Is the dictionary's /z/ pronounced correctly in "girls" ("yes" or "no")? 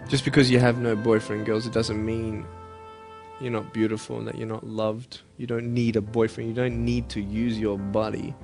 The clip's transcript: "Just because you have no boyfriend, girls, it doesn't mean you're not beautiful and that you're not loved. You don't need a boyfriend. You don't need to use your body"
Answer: yes